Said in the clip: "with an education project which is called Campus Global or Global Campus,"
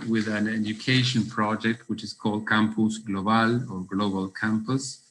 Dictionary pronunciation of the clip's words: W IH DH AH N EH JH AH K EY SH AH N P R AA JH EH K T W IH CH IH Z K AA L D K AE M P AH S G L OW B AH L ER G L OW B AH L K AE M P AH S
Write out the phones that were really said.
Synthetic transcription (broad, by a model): W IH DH AH N EH JH AH K EY SH AH N P R AA JH EH K T W IH CH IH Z K AA L D K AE M P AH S G L OW B AH L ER G L OW B AH L K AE M P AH S